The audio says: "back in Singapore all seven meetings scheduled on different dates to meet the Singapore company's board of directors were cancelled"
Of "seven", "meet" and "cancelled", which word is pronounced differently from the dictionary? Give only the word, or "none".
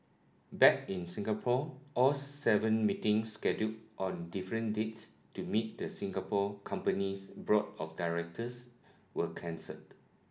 cancelled